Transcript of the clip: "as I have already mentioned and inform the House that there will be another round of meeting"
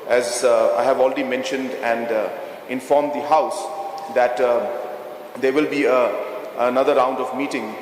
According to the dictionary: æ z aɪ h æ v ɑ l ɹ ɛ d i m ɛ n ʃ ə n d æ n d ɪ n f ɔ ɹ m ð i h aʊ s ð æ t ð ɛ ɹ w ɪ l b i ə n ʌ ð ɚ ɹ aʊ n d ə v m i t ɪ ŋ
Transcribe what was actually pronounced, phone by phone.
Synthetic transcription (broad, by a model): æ z aɪ h æ v ɑ l ɹ ɛ d i m ɛ n ʃ ə n d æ n d ɪ n f ɔ ɹ m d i h aʊ s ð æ t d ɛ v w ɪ l b i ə n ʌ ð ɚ ɹ aʊ n d ə v m i t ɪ ŋ